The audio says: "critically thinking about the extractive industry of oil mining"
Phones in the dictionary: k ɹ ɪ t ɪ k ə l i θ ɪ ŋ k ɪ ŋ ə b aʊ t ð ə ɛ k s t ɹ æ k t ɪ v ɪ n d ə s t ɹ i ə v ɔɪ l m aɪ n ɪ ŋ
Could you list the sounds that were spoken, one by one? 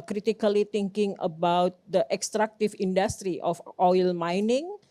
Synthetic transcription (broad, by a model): k ɹ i t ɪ k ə l i t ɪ ŋ k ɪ ŋ ə b aʊ t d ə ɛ k s t ɹ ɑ k t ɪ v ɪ n d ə s t ɹ i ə f ɔɪ l m aɪ n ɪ ŋ